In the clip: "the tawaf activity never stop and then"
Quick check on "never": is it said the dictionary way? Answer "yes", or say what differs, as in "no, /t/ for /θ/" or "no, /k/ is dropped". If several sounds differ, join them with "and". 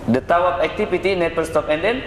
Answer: no, /p/ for /v/